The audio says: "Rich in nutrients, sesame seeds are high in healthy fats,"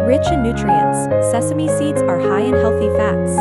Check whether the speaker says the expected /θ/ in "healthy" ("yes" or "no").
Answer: yes